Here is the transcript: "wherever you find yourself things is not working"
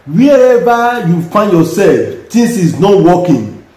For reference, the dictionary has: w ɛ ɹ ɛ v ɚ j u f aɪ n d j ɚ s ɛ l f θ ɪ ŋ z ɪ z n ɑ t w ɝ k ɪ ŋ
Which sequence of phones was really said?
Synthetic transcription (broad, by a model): w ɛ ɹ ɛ v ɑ j u f aɪ n d j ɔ s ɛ l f t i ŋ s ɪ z n ɑ t w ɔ k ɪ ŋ